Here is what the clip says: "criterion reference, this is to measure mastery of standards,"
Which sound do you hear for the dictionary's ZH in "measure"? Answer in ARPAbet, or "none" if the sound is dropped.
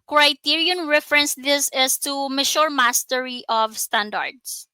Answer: SH